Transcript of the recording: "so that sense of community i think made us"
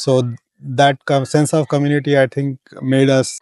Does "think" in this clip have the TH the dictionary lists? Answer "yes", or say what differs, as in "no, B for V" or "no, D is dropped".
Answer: no, T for TH